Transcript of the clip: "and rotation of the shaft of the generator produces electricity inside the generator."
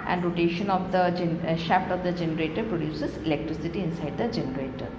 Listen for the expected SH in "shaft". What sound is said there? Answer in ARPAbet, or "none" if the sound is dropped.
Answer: SH